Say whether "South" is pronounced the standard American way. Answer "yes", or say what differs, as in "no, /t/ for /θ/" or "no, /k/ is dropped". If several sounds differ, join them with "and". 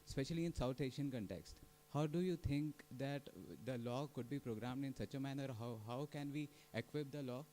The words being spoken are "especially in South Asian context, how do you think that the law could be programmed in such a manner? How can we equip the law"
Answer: no, /t/ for /θ/